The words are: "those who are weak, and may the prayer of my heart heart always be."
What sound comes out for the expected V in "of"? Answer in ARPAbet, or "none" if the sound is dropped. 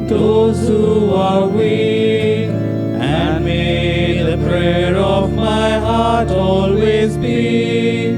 V